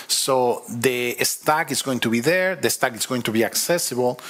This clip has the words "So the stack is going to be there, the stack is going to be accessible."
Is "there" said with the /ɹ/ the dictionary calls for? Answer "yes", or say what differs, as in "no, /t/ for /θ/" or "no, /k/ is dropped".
yes